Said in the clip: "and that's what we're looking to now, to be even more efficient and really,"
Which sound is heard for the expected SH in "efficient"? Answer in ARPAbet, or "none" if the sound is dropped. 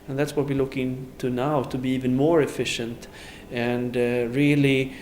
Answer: SH